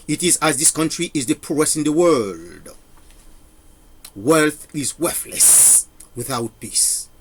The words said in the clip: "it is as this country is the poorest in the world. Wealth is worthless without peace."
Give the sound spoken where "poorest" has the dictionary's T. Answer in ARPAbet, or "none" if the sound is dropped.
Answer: none